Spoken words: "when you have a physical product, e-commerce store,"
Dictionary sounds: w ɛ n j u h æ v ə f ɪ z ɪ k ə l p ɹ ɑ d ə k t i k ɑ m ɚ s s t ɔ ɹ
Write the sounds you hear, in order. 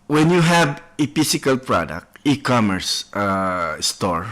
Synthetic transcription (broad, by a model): w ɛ n j u h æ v ə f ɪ s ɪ k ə l p ɹ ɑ d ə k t i k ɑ m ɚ s s t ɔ ɹ